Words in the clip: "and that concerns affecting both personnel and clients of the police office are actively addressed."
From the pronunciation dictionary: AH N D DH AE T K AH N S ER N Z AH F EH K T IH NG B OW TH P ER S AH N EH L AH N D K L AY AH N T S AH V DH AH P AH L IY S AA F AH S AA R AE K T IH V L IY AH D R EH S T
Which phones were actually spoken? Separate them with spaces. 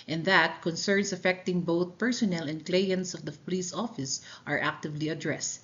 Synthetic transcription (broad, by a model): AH N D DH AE T K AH N S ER N S AH F EH K T IH NG B OW TH P ER S AH N EH L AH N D K L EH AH N T S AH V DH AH P AH L IY S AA F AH S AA R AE K T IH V L IY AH D R EH S T